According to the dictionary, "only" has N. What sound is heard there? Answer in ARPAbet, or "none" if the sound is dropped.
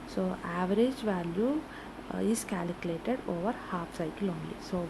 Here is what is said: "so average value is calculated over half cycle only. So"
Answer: N